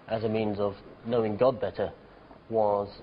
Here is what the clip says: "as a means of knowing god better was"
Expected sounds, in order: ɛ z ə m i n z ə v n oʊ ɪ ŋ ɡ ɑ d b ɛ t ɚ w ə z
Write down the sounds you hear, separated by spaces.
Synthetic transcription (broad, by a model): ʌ z ə m i n z ə v n oʊ ɪ ŋ ɡ ɑ d b ɛ t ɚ w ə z